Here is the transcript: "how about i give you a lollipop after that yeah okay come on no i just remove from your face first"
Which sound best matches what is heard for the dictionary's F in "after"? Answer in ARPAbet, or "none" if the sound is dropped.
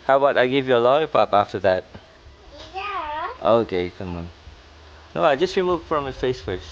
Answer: F